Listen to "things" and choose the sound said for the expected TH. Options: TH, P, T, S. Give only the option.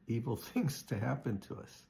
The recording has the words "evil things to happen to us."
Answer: TH